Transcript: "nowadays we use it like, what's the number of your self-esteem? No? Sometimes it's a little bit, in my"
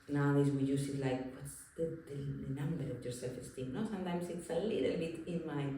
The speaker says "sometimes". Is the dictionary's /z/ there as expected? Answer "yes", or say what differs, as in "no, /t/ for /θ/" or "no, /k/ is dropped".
no, /s/ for /z/